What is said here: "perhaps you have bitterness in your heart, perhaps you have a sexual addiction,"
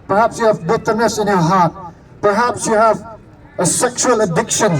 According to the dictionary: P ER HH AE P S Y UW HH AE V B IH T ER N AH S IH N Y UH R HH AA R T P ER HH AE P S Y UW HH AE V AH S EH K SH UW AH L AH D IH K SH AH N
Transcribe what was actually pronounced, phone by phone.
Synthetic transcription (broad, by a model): P ER HH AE P S Y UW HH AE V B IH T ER N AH S IH N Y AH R HH AA R T P ER HH AE P S Y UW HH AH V AH S EH K SH UW AH L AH D IH K SH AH N